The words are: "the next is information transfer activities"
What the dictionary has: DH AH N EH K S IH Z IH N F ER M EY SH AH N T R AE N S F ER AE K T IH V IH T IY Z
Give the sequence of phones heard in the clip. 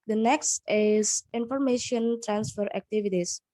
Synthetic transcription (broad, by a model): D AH N EH K S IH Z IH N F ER M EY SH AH N T R AE N S F ER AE K T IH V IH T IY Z